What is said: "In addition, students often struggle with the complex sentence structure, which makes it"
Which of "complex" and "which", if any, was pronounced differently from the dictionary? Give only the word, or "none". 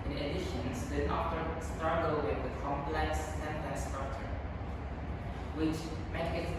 none